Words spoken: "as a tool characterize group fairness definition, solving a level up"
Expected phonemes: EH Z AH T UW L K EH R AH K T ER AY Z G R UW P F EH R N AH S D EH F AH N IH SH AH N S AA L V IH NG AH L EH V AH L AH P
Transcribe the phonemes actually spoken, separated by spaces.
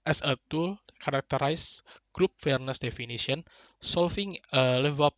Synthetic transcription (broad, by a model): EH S AH T UW L K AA R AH K T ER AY S G R UW P F EH R N AH S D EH F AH N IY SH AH N S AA L F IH NG AH L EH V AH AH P